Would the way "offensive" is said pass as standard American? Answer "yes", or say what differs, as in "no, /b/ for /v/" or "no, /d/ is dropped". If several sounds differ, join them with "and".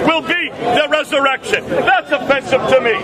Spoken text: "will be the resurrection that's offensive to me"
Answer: no, /n/ is dropped